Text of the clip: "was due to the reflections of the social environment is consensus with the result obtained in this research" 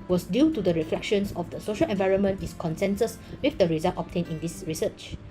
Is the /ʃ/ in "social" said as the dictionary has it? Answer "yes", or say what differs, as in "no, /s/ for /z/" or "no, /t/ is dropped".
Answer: yes